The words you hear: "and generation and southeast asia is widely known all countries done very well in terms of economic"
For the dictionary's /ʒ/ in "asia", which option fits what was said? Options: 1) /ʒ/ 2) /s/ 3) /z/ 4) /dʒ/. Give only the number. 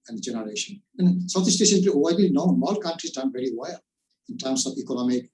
2